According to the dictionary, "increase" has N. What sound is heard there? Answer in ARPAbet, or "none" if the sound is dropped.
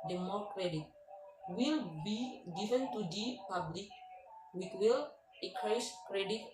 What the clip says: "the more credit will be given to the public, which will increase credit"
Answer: none